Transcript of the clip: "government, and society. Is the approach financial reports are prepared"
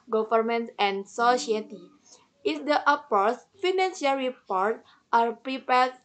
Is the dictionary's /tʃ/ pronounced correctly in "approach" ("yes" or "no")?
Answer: no